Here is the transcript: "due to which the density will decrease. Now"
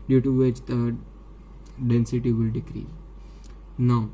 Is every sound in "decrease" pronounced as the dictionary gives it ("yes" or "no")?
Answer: no